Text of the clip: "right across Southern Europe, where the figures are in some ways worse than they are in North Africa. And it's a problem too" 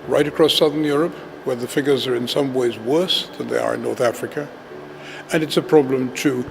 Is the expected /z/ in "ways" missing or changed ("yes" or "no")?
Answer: no